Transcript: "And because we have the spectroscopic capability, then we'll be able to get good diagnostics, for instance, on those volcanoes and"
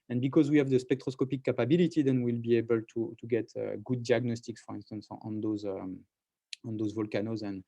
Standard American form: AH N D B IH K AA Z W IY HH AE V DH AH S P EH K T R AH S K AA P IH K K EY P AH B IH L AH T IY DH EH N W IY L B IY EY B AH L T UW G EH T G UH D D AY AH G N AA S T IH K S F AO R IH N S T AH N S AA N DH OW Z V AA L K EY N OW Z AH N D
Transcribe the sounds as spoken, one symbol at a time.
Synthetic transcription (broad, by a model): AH N B IH K AA Z W IY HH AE V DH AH S P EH K T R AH S K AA P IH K K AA P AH B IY L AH T IY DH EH N W IY L B IY EY B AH L T UW G EH T G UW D D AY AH G N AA S T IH K S F AO R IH N S T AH N S AA N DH OW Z V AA L K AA N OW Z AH N